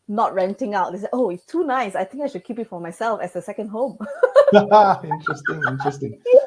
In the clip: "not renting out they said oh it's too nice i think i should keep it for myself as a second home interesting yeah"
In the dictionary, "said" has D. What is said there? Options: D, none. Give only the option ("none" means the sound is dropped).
none